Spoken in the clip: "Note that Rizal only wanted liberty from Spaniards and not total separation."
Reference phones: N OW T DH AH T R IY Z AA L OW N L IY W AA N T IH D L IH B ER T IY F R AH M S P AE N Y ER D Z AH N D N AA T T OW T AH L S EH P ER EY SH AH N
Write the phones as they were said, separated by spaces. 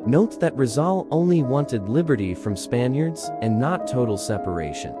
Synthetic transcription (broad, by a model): N OW T DH AH T R IY Z AA L OW N L IY W AA N T IH D L IH B ER T IY F R AH M S P AE N Y ER D Z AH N N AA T T OW T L S EH P ER EY SH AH N